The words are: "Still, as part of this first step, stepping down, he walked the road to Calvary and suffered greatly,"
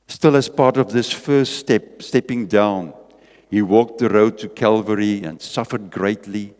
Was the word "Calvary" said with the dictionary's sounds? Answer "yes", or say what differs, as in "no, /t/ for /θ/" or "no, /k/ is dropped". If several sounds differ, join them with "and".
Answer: yes